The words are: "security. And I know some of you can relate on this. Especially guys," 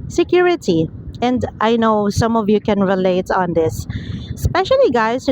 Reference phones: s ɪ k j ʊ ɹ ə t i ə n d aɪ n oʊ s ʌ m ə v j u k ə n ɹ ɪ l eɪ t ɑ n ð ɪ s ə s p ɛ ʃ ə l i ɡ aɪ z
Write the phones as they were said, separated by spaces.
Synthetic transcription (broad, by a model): s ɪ k j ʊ ɹ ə t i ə n d aɪ n oʊ s ʌ m ə v j u k ə n ɹ ɪ l eɪ t ɑ n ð ɪ s s p ɛ ʃ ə l i ɡ aɪ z